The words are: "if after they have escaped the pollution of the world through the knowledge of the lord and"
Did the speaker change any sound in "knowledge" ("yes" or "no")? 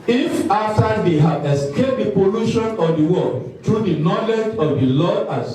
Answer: no